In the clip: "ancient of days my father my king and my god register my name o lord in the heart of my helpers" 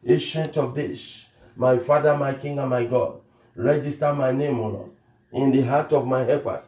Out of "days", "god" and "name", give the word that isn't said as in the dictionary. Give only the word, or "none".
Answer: days